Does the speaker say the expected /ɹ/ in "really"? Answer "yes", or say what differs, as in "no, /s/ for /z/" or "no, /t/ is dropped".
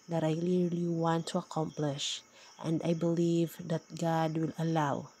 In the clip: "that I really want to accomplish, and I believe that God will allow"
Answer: no, /l/ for /ɹ/